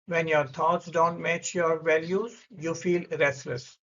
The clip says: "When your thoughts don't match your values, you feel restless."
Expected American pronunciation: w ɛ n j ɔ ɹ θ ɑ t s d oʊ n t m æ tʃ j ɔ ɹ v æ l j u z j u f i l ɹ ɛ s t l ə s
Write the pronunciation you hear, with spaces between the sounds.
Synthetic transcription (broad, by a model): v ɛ n j ɔ ɹ t ɑ t s d oʊ n t m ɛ tʃ j ɔ ɹ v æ l j u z j u f i l ɹ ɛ s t l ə s